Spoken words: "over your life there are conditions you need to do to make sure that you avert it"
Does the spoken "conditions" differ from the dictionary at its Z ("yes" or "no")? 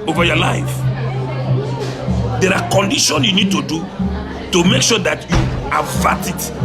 yes